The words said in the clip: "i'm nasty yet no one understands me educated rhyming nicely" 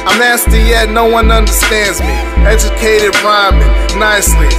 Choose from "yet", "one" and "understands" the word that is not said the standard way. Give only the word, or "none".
none